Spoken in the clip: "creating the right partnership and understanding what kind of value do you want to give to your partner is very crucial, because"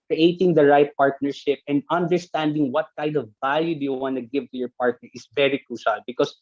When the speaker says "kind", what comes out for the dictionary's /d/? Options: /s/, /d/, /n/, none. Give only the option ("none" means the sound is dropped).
/d/